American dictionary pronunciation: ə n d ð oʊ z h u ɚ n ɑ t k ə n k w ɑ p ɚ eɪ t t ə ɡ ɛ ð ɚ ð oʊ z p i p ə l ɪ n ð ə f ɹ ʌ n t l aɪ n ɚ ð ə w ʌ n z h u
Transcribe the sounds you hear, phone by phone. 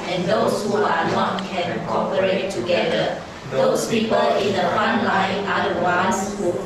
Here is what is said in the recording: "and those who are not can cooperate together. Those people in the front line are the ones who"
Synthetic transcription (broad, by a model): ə n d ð oʊ s h u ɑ n ɑ t k ə n k ɑ p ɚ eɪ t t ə ɡ ɛ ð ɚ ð oʊ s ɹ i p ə ɪ n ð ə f ɑ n l aɪ n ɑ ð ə w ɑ n s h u